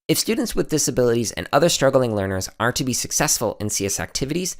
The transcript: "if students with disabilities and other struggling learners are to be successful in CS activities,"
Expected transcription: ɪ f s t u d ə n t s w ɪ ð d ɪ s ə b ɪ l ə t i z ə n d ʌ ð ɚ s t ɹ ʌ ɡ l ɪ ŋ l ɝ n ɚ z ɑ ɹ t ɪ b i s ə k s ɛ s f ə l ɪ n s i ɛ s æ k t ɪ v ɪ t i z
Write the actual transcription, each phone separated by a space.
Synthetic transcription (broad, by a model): ɪ f s t u d n t s w ɪ ð d ɪ s ə b ɪ l ə t i z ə n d ʌ ð ɚ s t ɹ ʌ ɡ l ɪ ŋ l ɝ n ɚ z ɑ ɹ t ɪ b i s ə k s ɛ s f ə l ɪ n s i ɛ s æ k t ɪ v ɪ t i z